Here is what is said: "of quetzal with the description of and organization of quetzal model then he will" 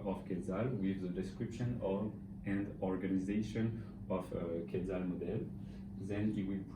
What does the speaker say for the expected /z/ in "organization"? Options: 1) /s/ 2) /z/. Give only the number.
2